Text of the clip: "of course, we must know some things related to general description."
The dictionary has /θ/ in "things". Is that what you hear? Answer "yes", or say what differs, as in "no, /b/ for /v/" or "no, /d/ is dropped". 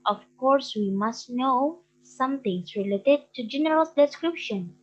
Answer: no, /t/ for /θ/